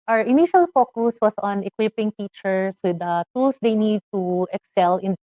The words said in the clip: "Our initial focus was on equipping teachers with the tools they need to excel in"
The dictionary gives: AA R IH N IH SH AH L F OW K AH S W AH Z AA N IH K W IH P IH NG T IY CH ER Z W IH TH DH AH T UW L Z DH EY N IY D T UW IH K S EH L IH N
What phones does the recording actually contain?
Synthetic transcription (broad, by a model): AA R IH N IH SH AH L F OW K AH S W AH S AA N IH K W IH P IH NG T IY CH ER S W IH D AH T UW L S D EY N IY D T UW IH K S EH L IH N